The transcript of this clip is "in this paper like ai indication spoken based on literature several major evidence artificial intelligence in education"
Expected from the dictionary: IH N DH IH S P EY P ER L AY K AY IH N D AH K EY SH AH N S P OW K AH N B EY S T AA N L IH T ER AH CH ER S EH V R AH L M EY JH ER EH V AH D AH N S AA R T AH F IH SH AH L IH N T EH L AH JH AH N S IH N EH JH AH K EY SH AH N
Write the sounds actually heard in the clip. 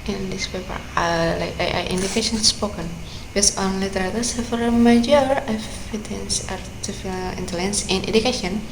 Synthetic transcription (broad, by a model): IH N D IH S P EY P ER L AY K AY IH N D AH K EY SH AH N S P OW K AH N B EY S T AA N L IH T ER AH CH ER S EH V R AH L M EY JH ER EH F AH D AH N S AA R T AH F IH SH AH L IH N T EH L AH JH AH N S IH N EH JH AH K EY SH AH N